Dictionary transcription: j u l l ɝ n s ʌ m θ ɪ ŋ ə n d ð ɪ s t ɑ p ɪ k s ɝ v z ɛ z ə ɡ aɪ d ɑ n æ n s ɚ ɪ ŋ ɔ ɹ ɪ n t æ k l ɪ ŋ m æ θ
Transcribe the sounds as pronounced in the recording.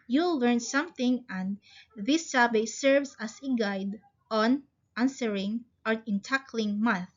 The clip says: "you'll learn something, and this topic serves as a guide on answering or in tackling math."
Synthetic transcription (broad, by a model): j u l l ɝ n s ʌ m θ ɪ ŋ ə n d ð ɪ s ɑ b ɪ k s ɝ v s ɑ s ə ɡ aɪ d ɑ n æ n s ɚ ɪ ŋ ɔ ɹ ɪ n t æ k l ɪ ŋ m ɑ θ